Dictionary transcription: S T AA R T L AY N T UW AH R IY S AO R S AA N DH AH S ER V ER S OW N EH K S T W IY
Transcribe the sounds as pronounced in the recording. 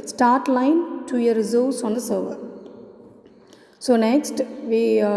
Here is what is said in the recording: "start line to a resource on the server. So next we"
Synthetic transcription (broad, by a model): S T AA R T L AY N T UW AH R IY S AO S AA N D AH S ER V ER S OW N EH K S T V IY